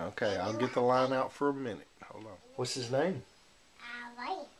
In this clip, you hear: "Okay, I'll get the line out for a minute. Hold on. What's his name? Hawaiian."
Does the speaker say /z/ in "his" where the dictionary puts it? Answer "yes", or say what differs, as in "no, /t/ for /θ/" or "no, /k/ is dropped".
yes